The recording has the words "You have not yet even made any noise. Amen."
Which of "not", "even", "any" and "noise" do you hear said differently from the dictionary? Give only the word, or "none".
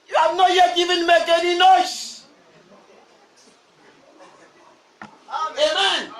noise